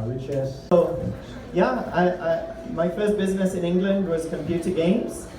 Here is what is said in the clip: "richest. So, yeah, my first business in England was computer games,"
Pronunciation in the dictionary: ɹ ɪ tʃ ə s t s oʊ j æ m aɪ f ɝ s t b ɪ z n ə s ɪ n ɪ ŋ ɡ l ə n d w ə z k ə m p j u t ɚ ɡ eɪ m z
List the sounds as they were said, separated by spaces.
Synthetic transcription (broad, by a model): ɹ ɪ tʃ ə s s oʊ j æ m aɪ f ɝ s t b ɪ z n ə s ɪ n ɪ ŋ ɡ l ə n d w ə z k ə m p j u t ɚ ɡ eɪ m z